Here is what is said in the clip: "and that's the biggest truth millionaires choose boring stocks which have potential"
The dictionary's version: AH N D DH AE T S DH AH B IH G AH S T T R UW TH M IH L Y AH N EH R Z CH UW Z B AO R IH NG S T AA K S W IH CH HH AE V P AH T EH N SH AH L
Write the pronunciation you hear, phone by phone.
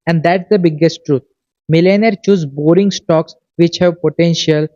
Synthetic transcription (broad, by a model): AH N D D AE T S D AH B IH G AH S T T R UW T M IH L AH N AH R CH UW Z B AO R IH NG S T AA K S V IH CH HH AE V P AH T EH N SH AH L